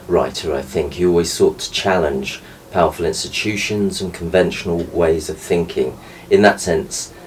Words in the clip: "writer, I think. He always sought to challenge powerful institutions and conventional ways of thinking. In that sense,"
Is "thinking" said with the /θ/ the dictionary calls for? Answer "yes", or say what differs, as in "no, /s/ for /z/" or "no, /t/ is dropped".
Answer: yes